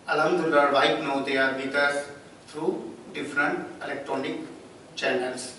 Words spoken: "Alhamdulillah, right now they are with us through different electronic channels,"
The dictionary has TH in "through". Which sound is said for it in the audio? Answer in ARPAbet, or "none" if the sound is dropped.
T